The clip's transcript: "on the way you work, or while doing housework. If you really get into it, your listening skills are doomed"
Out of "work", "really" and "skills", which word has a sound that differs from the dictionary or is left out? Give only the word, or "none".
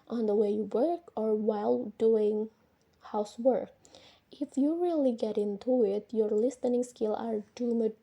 skills